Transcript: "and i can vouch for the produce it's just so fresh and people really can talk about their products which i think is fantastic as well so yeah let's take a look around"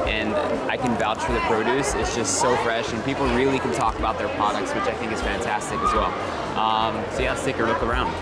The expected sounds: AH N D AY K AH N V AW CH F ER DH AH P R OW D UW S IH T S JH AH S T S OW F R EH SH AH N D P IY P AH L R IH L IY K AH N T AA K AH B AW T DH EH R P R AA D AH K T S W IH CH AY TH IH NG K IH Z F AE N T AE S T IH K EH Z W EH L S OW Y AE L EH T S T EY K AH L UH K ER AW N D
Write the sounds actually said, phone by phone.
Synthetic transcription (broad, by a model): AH N AY K AH N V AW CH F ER DH AH P R OW D UW S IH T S JH AH S T S OW F R EH SH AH N P IY P L R IH L IY K AH N T AA K AH B AW T DH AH R P R AA D AH K T S W IH CH AY TH IH NG K IH Z F AE N T AE S T IH K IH Z W EH L S OW Y AE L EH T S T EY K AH L UH K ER AW N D